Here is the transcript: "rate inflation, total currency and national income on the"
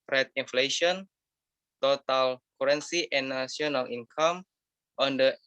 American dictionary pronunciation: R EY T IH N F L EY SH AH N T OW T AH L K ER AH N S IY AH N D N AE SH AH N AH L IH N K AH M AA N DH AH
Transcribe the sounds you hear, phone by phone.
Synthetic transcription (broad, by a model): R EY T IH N F L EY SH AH N T OW T AH L K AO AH N S IY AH N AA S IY AH N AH L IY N K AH M AA N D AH